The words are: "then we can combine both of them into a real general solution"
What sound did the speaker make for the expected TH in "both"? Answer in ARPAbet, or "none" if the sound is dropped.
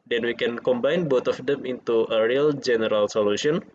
T